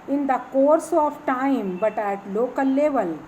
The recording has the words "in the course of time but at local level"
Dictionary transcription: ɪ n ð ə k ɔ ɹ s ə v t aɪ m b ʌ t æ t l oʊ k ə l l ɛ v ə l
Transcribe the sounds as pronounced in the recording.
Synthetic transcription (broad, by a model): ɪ n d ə k ɔ ɹ s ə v t aɪ m b ʌ t æ t l oʊ k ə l l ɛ v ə l